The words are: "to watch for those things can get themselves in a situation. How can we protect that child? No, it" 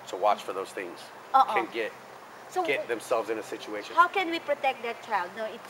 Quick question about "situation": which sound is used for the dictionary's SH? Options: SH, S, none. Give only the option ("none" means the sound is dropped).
none